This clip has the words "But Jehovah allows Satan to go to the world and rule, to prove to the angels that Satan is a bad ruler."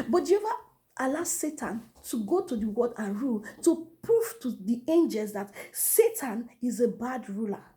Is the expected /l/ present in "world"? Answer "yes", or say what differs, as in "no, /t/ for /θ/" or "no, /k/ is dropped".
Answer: no, /l/ is dropped